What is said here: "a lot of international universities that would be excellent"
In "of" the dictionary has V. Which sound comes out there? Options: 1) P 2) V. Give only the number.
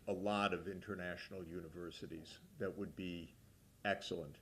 2